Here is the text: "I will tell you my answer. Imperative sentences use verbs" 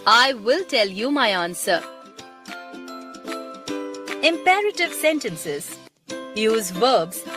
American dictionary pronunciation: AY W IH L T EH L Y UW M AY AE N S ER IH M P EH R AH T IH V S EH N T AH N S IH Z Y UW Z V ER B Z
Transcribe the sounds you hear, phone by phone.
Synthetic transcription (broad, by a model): AY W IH L T EH L Y UW M AY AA N S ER IH M P EH R AH T IH V S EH N T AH N S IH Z Y UW Z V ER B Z